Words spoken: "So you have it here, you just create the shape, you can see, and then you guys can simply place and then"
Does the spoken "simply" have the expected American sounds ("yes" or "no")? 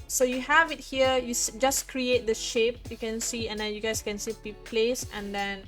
no